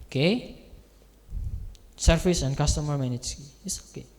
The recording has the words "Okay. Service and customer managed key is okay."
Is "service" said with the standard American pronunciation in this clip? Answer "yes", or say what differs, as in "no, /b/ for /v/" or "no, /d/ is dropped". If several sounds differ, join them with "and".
no, /p/ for /v/